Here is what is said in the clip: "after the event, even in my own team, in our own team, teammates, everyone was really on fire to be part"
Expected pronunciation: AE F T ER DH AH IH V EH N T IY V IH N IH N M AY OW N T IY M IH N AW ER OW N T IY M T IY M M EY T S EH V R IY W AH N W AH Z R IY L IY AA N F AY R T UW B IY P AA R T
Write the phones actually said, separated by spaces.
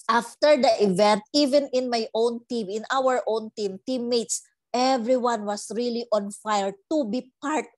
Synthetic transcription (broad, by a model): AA F T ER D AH IH V EH N T IY V IH N IH N M AY OW N T IY M IH N AW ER OW N T IY M T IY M M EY T S EH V R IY W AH N W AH S R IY L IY AA N F AY R T UW B IY P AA R T